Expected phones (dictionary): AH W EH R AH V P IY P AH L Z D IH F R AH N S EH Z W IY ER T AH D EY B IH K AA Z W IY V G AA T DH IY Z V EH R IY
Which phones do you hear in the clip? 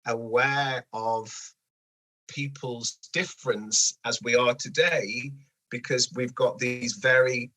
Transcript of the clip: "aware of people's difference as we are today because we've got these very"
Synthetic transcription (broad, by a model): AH W EH R AH V P IY P AH L Z D IH F R AH N S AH Z W IY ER T AH D EY B IH K AA Z W IY V G AA T DH IY Z V EH R IY